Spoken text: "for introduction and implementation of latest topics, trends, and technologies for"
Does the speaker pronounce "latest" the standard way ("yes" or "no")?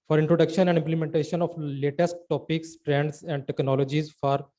yes